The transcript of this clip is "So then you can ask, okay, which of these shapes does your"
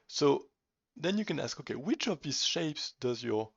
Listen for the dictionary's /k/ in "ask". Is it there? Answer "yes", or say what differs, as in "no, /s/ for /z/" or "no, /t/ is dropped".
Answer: yes